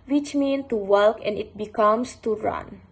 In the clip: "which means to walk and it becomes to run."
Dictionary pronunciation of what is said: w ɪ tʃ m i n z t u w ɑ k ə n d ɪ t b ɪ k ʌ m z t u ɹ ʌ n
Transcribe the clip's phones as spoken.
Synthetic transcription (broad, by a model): w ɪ tʃ m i n t u w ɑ k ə n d ɪ t b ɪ k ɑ m s t u ɹ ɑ n